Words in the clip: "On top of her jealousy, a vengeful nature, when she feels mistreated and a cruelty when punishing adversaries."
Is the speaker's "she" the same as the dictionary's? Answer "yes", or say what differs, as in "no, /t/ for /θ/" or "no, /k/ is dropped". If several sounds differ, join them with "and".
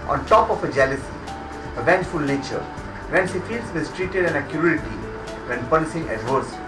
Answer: no, /s/ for /ʃ/